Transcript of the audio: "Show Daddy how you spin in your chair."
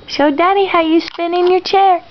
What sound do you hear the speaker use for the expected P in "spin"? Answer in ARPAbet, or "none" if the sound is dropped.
P